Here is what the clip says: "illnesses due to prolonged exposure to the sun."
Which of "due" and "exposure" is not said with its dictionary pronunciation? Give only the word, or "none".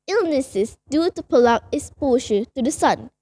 exposure